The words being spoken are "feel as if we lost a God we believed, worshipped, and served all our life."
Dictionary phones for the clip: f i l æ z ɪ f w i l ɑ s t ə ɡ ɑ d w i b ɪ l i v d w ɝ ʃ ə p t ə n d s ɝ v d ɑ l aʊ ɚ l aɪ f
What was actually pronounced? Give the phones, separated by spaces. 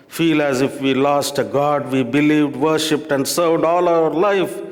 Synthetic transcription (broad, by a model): f i l æ z ɪ f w i l ɑ s t ə ɡ ɑ d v i b ɪ l i v d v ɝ ʃ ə p t ə n d s ɝ v d ɑ l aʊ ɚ l aɪ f